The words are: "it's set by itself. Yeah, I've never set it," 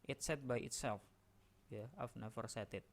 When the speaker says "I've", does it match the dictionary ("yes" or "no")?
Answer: no